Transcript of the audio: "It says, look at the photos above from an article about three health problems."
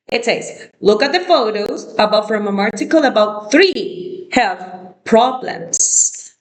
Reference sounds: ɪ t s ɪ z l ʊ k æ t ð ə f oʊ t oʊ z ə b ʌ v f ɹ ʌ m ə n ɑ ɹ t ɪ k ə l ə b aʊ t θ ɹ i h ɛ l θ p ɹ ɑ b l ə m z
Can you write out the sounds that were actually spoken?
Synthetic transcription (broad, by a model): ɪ t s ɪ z l ʊ k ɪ t ð ə f oʊ t oʊ z ə b ʌ v f ɹ ʌ m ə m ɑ ɹ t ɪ k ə l ə b aʊ t θ ɹ i h ɛ l θ p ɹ ɑ b l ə m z